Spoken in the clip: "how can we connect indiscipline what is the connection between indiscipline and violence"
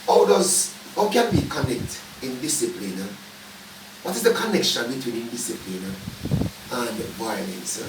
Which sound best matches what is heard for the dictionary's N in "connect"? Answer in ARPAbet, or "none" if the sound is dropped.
N